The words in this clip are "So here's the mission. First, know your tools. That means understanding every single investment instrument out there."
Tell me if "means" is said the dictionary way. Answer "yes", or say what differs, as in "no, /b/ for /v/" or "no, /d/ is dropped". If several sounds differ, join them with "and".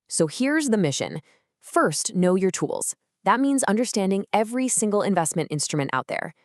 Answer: yes